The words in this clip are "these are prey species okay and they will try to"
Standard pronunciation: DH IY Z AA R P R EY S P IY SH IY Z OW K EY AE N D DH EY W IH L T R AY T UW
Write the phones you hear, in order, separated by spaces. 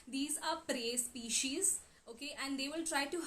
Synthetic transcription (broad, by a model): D IY Z AA R P R EY S P IY SH IY Z OW K EY AE N D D EY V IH L T R AY T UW